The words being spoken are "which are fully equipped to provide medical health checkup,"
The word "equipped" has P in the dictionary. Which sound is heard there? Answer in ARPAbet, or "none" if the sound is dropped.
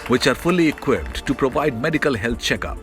P